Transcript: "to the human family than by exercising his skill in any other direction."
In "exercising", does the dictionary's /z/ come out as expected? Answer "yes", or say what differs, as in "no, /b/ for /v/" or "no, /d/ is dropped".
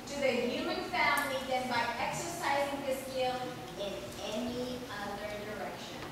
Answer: yes